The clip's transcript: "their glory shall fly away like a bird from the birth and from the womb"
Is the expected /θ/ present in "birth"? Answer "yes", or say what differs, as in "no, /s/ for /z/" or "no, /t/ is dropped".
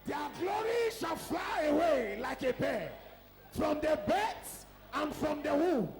no, /s/ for /θ/